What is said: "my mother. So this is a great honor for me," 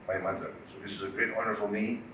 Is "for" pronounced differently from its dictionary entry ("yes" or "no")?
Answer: yes